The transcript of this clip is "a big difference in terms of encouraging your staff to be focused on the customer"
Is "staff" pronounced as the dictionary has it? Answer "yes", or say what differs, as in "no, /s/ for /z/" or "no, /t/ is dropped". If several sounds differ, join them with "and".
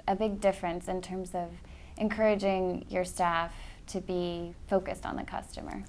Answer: yes